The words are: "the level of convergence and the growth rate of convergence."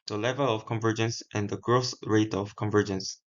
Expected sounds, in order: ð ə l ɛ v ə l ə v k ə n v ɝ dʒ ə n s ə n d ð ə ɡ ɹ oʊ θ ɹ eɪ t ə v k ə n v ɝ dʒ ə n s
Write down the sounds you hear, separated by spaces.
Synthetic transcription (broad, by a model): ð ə l ɛ v ə l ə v k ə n v ɝ dʒ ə n s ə n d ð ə ɡ ɹ oʊ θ ɹ eɪ t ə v k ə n v ɝ dʒ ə n s